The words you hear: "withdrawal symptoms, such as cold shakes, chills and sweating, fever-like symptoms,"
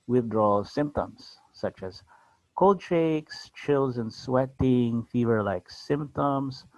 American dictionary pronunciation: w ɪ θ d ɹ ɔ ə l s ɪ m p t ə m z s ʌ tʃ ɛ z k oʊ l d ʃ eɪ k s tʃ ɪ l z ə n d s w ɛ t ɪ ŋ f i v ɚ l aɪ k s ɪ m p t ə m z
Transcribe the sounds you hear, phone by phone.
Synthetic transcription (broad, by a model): w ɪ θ d ɹ ɔ l s ɪ m p t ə m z s ʌ tʃ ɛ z k oʊ l d ʃ eɪ k s tʃ ɪ l z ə n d s w ɛ t ɪ ŋ f i v ɚ l aɪ k s ɪ m p t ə m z